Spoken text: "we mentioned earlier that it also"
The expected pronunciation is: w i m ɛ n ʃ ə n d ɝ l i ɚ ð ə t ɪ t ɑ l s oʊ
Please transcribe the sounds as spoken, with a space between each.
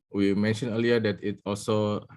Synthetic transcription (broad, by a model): w i m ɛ n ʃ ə n ɝ l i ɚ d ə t ɪ t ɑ l s oʊ